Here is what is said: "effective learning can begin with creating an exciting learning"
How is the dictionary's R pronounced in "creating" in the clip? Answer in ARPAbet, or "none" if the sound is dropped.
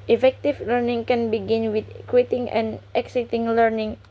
W